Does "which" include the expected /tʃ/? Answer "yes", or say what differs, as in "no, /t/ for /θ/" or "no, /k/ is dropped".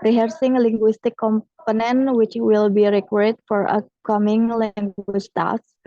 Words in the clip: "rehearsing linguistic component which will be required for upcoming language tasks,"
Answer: yes